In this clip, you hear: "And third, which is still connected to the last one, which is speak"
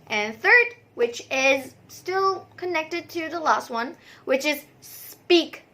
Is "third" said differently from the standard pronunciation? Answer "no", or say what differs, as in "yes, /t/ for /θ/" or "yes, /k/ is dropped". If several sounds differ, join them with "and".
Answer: no